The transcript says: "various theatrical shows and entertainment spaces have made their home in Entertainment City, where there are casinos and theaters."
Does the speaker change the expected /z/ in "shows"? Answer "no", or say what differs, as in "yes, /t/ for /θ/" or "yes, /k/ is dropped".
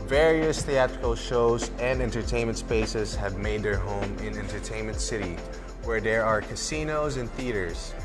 no